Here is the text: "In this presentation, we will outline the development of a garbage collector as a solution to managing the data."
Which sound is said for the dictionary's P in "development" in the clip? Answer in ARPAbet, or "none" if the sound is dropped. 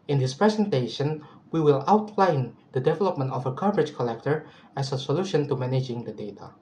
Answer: P